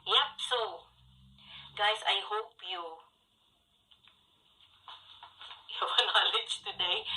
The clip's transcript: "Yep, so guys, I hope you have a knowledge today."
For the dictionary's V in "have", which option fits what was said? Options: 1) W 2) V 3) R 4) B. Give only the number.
1